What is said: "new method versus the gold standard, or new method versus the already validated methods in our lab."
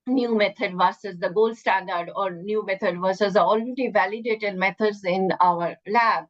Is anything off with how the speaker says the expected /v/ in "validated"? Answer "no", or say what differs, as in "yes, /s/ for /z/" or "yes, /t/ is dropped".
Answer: no